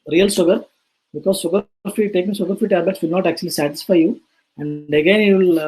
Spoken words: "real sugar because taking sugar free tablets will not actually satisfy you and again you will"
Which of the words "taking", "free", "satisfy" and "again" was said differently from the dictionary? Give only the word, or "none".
free